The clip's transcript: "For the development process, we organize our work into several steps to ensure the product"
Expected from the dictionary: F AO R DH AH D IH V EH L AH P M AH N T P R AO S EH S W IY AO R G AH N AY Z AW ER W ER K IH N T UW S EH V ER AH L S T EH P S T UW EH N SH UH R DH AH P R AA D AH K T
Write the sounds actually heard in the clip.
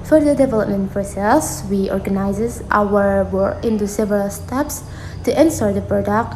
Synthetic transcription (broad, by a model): F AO R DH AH D IH V EH L AH P M AH N T P R AO S EH S W IY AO R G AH N AY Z AW ER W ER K IH N T UW S EH V ER AH L S T EH P S T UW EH N S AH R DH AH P R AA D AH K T